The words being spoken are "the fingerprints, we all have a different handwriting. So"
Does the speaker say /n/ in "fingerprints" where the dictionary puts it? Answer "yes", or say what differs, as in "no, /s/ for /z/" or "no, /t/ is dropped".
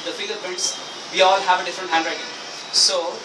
no, /n/ is dropped